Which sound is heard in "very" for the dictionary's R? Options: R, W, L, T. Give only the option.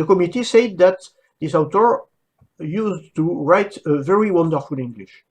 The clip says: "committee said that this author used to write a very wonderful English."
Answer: R